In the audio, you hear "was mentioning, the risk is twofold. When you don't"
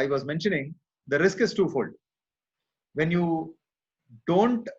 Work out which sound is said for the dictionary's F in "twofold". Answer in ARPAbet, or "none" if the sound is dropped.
F